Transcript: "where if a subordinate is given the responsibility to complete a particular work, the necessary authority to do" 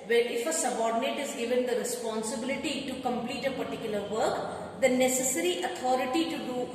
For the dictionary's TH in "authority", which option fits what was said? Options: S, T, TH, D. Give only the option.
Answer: T